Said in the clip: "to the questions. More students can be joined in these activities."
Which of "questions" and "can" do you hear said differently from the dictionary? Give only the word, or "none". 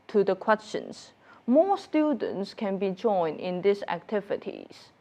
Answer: questions